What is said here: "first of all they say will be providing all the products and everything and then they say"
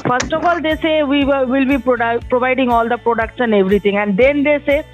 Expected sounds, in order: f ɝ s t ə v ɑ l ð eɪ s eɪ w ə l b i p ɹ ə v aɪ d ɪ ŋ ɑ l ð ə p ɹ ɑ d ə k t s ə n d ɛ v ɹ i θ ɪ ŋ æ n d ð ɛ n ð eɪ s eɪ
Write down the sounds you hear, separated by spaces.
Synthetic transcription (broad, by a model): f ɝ s t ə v ɑ l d eɪ s eɪ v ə l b i p ɹ ə v aɪ d ɪ ŋ ɑ l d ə p ɹ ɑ d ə k t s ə n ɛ v ɹ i t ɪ ŋ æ n d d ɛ n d eɪ s eɪ